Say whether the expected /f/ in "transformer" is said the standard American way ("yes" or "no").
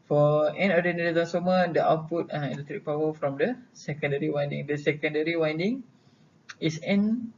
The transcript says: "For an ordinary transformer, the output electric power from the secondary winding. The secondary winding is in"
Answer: no